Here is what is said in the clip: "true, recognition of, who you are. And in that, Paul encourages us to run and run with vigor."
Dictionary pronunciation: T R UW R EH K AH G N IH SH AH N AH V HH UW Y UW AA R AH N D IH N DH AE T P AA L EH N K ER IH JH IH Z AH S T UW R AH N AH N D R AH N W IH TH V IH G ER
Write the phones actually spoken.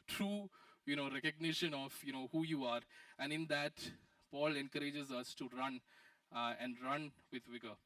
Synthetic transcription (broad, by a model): T R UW R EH K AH G N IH SH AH N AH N HH UW Y UW AA R AH N D IH N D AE T P AA L EH N K ER IH JH IH Z AH S T UW R AH N AH N D R AH N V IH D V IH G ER